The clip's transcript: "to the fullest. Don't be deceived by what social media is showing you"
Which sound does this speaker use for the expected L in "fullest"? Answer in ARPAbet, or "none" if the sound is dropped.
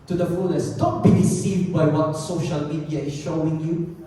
N